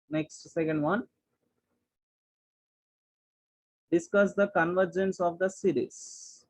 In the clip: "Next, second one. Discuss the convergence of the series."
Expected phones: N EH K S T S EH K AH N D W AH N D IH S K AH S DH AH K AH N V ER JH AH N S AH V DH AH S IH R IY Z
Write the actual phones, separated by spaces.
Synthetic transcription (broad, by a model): N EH K S T S EH K AH N D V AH N D IH S K AH S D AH K AH N V ER JH AH N S AH V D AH S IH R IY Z